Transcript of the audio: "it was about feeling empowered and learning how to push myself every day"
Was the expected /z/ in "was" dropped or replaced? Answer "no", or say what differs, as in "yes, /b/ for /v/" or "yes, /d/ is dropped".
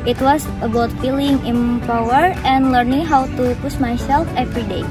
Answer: yes, /s/ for /z/